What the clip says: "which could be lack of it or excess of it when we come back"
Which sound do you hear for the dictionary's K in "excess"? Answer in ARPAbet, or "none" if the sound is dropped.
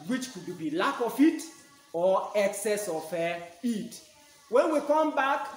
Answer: K